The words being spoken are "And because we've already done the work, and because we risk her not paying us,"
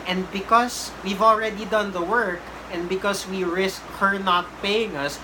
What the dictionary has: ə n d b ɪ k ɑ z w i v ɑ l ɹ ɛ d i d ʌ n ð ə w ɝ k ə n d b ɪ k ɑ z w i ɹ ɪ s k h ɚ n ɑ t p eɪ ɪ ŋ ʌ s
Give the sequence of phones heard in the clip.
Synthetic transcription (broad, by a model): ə n d b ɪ k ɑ s w i v ɑ l ɹ ɛ d i d ʌ n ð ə w ɝ k ə n d b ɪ k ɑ s w i ɹ ɪ s k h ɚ n ɑ t p eɪ ɪ ŋ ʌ s